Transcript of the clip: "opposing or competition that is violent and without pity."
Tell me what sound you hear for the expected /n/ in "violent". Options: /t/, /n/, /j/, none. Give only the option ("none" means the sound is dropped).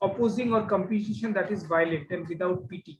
none